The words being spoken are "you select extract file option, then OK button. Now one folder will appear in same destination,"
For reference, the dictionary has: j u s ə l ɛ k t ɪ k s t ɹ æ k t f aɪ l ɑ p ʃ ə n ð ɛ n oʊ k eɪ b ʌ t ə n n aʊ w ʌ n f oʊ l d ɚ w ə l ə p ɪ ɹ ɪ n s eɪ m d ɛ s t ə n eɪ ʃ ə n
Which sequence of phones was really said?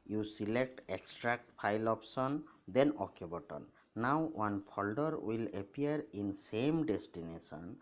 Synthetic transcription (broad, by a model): j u s ə l ɛ k t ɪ k s t ɹ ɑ k t p aɪ l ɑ p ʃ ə n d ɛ n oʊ k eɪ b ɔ t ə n n aʊ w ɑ n p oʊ l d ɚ w ə l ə p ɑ ɹ ɪ n s eɪ m d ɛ s t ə n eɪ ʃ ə n